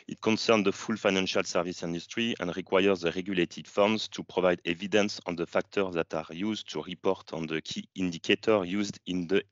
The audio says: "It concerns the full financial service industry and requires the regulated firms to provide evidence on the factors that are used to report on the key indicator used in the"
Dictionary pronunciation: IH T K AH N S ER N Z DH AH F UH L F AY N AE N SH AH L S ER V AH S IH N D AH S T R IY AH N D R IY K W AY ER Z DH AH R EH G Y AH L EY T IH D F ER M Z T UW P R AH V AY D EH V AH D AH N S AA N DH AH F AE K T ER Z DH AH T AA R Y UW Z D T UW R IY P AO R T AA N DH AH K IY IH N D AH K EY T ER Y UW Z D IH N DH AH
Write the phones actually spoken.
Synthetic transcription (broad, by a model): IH T K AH N S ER N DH AH F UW L F AY N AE N SH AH L S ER V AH S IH N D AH S T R IY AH N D R IY K W AY ER Z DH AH R EH G Y AH L EY T IH D F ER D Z T UW P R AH V AY D EH V AH D AH N S AA N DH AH F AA K T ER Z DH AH T AA R Y UW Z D T UW R IY P AO R T AA N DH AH K IY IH N D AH K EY T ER Y UW Z D IH N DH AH